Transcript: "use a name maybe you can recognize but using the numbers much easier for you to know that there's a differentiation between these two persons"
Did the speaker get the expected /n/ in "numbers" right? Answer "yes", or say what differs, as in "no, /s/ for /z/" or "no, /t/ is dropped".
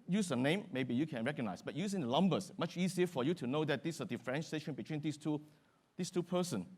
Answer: no, /l/ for /n/